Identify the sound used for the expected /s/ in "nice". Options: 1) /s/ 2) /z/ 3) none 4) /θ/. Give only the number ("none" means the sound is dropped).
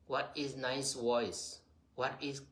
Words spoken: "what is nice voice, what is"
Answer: 1